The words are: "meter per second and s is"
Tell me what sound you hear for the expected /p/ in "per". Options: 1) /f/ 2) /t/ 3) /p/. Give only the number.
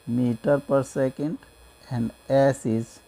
3